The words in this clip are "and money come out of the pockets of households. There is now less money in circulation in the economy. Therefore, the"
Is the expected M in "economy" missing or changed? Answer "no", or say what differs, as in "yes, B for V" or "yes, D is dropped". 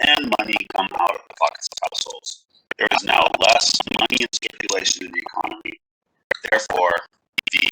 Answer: no